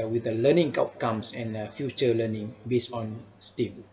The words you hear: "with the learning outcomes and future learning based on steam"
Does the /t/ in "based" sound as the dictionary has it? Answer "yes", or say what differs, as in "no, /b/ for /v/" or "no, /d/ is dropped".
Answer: no, /t/ is dropped